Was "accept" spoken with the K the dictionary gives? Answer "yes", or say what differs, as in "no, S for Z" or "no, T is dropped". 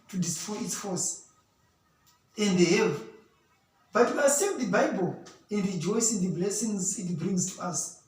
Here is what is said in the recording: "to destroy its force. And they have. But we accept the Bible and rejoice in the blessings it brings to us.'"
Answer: no, K is dropped